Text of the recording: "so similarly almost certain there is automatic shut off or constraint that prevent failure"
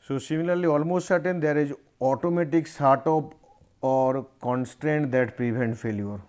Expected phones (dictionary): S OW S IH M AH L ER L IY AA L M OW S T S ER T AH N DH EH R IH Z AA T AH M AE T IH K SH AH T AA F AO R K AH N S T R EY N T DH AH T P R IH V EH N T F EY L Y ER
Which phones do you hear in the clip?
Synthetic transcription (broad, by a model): S OW S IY M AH L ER L IY AA L M OW S T S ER T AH N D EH R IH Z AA T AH M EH T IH K S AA T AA P AO R K AH N S T R EY N T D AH T P R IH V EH N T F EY L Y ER